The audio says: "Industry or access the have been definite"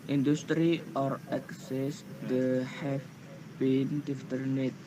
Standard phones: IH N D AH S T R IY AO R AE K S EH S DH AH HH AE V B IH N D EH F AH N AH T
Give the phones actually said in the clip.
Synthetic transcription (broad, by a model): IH N D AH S T R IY AO R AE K S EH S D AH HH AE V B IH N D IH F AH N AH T